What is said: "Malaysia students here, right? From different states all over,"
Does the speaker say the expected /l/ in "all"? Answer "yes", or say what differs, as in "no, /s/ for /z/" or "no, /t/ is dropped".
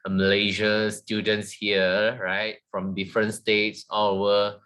no, /w/ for /l/